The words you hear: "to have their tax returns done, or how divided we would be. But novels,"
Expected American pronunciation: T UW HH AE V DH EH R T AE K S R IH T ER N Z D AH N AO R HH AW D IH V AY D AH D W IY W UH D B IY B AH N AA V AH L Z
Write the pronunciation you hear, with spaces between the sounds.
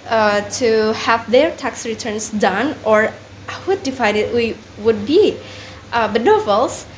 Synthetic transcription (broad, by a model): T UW HH AE V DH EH R T AE K S R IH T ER N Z D AH N AO R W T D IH F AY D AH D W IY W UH D B IY B AH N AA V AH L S